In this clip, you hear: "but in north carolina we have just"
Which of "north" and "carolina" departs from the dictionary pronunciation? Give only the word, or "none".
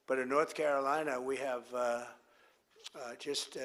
none